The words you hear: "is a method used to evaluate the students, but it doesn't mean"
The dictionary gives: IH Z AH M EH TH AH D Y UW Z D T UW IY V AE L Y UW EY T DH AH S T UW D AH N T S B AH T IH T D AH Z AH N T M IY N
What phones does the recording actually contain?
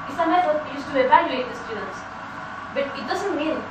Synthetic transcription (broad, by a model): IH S AH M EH T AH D Y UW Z T UW IY V AE L Y UW EY T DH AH S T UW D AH N T S B AH T IH T D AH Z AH N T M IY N